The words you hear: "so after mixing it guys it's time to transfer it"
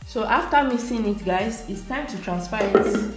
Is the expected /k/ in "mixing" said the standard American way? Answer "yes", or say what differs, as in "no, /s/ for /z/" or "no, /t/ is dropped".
no, /k/ is dropped